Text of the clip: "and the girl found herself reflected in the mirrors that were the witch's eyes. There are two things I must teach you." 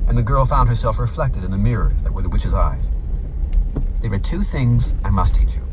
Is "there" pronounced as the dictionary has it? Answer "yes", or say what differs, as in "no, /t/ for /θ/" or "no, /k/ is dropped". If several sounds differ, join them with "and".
no, /w/ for /ɹ/